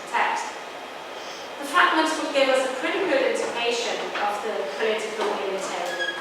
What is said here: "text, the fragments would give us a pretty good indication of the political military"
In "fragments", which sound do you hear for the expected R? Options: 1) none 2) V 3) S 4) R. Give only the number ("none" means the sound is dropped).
1